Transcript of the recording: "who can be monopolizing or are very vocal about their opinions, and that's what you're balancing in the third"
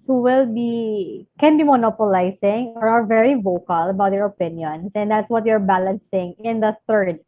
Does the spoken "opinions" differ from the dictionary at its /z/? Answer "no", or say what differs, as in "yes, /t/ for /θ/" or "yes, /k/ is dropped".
yes, /s/ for /z/